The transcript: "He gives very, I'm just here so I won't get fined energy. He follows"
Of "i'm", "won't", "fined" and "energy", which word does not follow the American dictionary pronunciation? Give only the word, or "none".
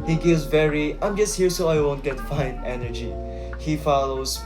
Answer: fined